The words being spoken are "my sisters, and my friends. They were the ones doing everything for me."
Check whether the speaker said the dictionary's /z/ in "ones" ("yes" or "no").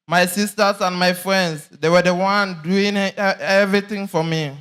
no